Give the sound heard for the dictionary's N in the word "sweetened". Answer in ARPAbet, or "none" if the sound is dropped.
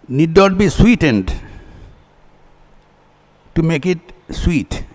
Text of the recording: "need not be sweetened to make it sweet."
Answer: N